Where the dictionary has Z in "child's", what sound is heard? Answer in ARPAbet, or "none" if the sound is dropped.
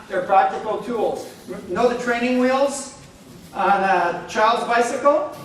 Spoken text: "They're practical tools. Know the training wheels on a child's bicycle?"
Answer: Z